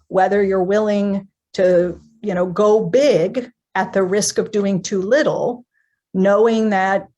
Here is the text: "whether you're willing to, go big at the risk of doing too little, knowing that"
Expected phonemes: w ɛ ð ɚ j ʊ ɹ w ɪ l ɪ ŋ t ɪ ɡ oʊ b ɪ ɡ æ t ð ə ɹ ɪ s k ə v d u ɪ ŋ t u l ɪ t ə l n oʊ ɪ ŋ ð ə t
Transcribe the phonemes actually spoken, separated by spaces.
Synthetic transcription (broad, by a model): w ɛ ð ɚ j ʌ ɹ w ɪ l ɪ ŋ t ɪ ɡ oʊ b ɪ ɡ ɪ t ð ə ɹ ɪ s k ə v d u ɪ ŋ t u l ɪ t l n oʊ ɪ ŋ ð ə t